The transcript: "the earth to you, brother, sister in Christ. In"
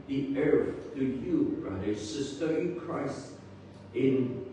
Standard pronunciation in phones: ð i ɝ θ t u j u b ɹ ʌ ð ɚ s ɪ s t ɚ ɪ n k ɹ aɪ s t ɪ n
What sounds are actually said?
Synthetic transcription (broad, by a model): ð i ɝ f t u j u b ɹ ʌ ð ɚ s ɪ s t ɚ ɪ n k ɹ aɪ s t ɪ n